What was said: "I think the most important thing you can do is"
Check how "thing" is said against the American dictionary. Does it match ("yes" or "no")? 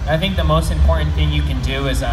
yes